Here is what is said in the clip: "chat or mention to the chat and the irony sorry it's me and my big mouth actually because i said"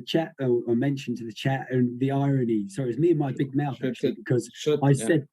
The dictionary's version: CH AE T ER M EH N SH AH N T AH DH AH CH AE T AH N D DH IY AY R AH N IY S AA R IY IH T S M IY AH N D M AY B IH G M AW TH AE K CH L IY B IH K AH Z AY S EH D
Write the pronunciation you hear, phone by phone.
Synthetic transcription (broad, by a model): CH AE T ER M EH N SH AH N T AH DH AH CH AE T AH N DH IY AY R AH N IY S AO IY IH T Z M IY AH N M AY B IH G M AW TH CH IY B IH K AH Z AY S EH D